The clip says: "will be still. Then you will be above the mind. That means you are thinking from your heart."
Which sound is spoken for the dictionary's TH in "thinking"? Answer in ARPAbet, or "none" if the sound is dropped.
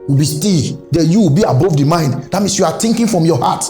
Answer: T